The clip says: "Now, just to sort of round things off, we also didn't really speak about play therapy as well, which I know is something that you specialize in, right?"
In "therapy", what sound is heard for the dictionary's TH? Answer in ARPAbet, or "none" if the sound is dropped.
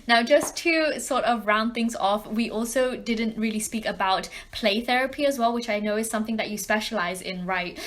TH